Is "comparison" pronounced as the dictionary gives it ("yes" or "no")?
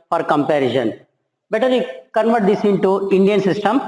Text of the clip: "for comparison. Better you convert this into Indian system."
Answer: no